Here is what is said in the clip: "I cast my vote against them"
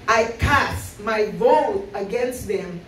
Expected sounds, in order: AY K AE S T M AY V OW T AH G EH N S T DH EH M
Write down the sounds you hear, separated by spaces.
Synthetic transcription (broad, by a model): AY K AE S M AY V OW AH G EH N S T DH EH M